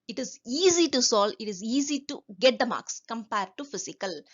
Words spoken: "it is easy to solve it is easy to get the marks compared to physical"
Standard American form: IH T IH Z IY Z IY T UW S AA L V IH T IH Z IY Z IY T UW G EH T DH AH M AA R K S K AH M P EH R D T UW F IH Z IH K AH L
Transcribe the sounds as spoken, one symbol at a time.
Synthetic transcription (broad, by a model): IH T IH Z IY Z IY T UW S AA L IH T IH Z IY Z IY T UW G EH T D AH M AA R K S K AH M P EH R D T UW F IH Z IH K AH L